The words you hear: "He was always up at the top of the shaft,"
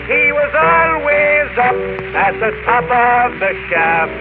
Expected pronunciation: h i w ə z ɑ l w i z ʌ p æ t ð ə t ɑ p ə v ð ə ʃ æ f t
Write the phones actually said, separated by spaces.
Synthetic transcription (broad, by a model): h i w ə z ɑ l w i z ʌ p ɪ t ð ə t ɑ p ə v ð ə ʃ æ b